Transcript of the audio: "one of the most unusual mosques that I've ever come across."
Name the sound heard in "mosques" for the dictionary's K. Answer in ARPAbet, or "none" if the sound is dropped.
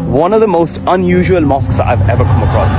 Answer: K